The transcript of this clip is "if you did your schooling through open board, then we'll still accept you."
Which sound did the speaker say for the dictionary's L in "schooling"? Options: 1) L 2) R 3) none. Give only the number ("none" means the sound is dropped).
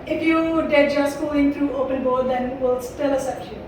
3